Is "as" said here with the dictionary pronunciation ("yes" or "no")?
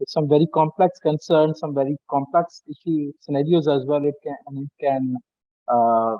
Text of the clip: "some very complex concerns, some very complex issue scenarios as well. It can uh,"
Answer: yes